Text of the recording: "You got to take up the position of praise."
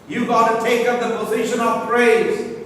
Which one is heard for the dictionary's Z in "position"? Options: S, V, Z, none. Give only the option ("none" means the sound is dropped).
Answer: Z